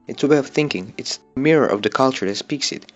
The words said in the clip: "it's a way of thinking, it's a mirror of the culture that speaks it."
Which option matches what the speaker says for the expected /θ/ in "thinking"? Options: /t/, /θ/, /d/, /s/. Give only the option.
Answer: /θ/